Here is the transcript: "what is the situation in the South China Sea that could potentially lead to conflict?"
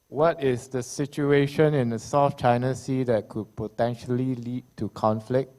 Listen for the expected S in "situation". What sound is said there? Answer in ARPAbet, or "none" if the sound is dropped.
S